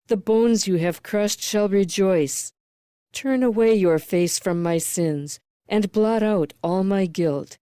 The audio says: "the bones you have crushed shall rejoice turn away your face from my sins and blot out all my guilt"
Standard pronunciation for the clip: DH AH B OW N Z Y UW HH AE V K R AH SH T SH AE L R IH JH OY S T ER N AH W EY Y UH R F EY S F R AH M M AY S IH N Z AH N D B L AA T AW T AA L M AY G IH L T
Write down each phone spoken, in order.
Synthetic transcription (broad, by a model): DH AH B OW N Z Y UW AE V K R AH SH T SH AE L R IH JH OY S T ER N AH W EY Y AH R F EY S F R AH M M AY S IH N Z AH N B L AA T AW T AA L M AY G IH L T